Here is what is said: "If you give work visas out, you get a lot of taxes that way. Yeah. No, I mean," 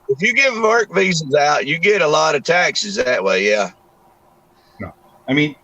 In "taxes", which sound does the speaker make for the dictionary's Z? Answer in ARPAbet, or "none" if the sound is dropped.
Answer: Z